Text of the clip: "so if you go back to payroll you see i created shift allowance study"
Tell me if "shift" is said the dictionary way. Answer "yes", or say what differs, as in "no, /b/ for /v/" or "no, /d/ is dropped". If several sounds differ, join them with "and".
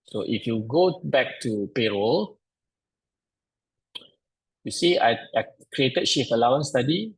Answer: no, /t/ is dropped